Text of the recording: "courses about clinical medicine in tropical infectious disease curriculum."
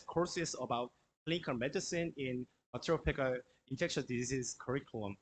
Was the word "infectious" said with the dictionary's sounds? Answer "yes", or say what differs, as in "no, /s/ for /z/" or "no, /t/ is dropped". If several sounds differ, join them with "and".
no, /s/ is dropped